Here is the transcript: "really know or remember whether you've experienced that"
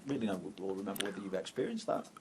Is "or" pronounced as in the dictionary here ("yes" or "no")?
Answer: no